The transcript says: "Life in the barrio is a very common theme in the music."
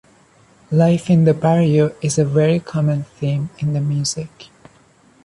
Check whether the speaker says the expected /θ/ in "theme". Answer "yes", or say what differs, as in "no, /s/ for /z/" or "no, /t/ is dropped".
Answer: yes